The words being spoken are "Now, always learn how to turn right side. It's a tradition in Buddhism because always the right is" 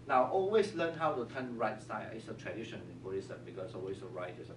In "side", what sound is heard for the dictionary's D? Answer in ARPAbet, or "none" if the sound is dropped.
none